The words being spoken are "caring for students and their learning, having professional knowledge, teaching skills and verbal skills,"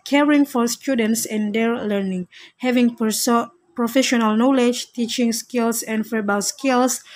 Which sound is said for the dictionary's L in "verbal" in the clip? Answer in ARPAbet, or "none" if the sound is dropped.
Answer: W